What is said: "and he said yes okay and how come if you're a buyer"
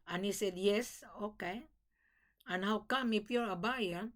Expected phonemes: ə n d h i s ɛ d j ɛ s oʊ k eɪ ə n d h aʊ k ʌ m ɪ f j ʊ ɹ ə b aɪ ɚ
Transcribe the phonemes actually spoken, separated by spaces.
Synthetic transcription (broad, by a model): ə n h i s ɛ d j ɛ s oʊ k eɪ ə n h aʊ k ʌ m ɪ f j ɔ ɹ ə b aɪ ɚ